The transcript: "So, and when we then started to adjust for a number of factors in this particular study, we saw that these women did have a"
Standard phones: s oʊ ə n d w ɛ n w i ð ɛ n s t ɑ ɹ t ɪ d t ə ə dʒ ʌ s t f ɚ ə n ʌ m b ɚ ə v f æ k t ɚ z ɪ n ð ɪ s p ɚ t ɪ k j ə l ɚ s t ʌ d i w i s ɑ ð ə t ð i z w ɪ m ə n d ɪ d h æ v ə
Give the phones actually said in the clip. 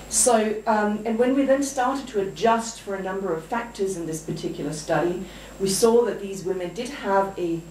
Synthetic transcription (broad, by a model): s oʊ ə n w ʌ n w i ð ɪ n s t ɑ ɹ t ɪ d t ə ə dʒ ʌ s t f ɚ ə n ʌ m b ɚ ə v f æ k t ɚ z ɪ n ð ɪ s p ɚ t ɪ k j l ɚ s t ʌ d i w i s ɑ ð ə t ð i z w ɪ m ə n d ɪ d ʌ v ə